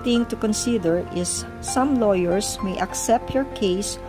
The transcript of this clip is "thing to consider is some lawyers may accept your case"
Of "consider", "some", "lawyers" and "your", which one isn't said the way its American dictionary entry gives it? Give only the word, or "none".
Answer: lawyers